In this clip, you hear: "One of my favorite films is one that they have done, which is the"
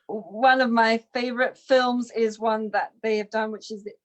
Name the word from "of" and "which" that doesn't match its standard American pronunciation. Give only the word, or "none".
none